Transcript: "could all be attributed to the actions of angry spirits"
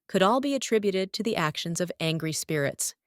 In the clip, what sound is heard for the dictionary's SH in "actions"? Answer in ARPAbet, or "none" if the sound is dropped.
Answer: SH